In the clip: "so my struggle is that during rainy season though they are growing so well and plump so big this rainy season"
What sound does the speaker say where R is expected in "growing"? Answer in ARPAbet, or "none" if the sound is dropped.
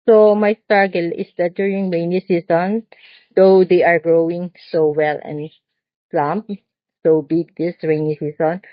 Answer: R